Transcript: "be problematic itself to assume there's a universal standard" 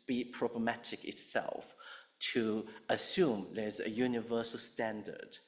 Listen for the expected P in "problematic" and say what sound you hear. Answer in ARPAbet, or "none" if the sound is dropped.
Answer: P